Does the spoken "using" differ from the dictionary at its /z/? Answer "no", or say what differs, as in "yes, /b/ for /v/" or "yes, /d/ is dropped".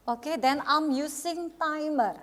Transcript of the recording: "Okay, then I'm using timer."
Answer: yes, /s/ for /z/